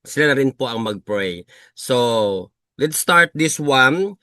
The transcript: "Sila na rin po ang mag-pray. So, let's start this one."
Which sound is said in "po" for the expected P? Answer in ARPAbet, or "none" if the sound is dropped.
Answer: P